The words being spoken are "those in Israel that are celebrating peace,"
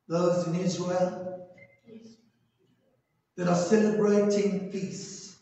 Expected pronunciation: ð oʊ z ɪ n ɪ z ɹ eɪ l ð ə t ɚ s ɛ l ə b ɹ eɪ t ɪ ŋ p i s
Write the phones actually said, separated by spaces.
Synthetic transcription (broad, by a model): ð oʊ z ɪ n ɪ z ɹ eɪ l ð ə t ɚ s ɛ l ə b ɹ eɪ t ɪ ŋ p i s